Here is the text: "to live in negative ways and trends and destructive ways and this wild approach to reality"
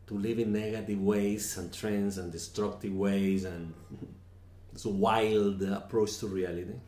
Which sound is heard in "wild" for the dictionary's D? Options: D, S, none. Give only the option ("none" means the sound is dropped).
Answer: D